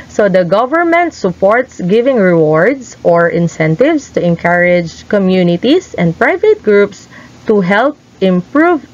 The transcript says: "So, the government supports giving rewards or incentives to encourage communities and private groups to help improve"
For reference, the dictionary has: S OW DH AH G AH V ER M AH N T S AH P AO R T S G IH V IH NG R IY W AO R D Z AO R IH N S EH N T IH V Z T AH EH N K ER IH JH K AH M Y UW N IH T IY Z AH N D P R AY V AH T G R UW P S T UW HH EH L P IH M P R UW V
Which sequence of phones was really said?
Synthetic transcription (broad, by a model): S OW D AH G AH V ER M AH N T S AH P AO R T S G IH V IH NG R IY W AO R D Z AO R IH N S EH N T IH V S T AH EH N K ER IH JH K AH M Y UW N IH T IY S AH N D P R AY V AH T G R UW P S T UW HH EH L P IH M P R UW V